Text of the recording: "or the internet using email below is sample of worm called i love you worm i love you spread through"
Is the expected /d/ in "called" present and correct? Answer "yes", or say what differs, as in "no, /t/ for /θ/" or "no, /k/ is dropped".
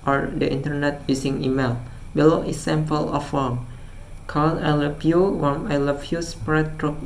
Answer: no, /d/ is dropped